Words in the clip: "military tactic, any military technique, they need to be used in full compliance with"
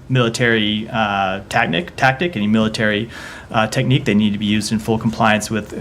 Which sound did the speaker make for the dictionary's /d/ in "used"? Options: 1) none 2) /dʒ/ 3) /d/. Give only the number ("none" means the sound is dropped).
3